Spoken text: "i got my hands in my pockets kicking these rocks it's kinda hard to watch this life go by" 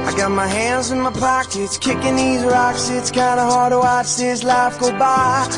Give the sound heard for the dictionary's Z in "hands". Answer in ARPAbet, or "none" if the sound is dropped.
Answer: Z